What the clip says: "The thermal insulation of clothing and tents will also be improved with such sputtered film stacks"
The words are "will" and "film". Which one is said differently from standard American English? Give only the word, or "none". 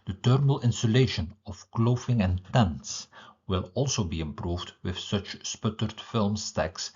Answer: none